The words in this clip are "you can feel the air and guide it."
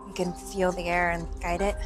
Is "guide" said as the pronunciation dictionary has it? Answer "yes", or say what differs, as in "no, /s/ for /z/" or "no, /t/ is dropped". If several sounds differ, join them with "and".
yes